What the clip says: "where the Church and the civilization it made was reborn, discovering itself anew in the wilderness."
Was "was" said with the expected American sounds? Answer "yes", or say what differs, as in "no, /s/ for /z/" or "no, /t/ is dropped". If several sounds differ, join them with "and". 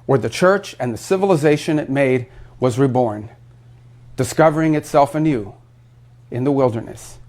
yes